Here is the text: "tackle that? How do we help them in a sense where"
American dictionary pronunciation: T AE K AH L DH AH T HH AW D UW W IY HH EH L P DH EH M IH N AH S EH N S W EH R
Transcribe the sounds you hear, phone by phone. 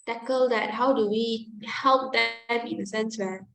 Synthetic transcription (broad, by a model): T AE K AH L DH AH T HH AW D UW W IY HH EH L P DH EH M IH N AH S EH N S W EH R